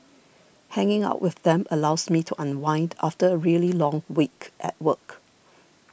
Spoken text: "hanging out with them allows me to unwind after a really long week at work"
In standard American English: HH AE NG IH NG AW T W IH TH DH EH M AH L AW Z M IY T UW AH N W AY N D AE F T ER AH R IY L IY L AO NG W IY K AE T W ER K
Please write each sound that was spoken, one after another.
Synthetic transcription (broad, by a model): HH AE NG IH NG AW T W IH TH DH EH M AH L AW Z M IY T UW AH N W AY N D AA F T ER AH R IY L IY L AO NG W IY K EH T W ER K